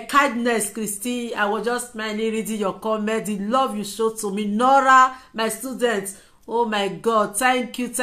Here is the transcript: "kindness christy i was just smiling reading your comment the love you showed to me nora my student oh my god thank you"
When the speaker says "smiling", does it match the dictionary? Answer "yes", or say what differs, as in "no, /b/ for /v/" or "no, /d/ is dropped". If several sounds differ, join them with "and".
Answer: no, /n/ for /l/